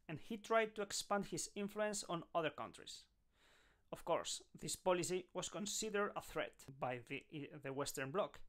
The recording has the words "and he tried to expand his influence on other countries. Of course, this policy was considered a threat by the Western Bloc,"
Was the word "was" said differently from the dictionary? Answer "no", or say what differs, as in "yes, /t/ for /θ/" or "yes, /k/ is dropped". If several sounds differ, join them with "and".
yes, /s/ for /z/